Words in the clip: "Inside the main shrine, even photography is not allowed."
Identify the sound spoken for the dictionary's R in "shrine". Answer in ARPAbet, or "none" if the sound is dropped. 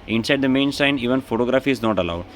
none